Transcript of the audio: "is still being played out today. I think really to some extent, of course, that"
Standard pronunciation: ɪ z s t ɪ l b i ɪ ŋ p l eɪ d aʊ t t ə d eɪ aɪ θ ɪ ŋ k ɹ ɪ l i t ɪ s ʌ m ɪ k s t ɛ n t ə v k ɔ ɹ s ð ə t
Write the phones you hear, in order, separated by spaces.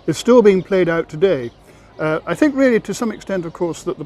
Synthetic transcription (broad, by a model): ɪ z s t ɪ l b i ɪ ŋ p l eɪ d aʊ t t ə d eɪ aɪ θ ɪ ŋ k ɹ ɪ l i t ɪ s ʌ m ɪ k s t ɛ n t ə v k ɔ ɹ s ð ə t